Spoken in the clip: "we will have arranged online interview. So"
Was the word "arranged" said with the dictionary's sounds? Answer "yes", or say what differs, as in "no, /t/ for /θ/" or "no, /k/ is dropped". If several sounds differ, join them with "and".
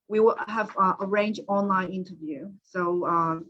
no, /d/ is dropped